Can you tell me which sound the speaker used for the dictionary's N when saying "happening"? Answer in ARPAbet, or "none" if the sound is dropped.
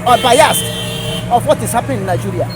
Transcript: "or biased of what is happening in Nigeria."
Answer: none